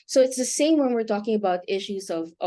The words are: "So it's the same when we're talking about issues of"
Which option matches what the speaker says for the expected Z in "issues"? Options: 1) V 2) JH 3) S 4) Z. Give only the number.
4